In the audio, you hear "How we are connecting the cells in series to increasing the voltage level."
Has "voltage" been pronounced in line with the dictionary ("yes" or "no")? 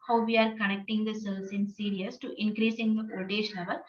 no